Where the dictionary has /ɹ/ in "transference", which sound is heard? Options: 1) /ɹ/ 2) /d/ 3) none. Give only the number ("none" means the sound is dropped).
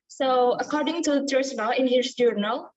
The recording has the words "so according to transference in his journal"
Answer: 3